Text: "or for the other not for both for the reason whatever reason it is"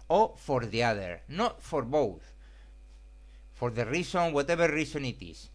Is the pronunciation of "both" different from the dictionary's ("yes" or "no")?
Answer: no